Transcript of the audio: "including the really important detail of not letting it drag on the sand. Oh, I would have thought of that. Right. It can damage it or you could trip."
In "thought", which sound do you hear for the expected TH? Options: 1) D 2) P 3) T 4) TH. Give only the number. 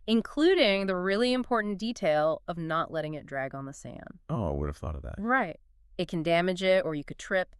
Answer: 4